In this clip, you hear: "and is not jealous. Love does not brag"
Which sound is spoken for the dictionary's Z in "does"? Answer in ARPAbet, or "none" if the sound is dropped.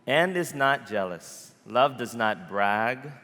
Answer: Z